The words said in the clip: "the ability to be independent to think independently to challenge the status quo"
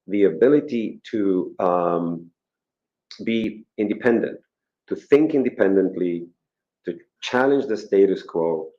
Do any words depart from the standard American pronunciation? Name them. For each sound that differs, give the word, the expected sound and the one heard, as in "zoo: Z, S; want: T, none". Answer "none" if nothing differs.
none